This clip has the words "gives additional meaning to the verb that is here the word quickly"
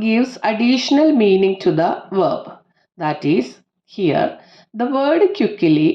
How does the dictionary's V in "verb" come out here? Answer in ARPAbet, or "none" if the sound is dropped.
V